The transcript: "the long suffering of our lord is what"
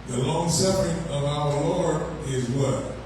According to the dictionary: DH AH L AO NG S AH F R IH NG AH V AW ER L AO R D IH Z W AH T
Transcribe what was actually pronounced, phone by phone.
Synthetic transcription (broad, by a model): DH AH L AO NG S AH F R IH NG AH V AW ER L AO R D IH Z W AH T